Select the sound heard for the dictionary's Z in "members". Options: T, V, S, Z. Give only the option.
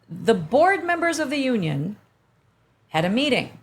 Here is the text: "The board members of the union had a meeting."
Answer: Z